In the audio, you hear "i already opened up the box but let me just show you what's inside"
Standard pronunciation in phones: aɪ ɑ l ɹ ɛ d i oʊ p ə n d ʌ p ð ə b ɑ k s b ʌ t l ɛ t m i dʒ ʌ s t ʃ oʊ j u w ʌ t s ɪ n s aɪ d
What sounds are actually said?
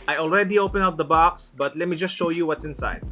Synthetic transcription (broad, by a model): aɪ ɑ l ɹ ɛ d i oʊ p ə n ʌ p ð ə b ɑ k s b ʌ t l ɛ t m i dʒ ʌ s t ʃ oʊ j u w ʌ t s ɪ n s aɪ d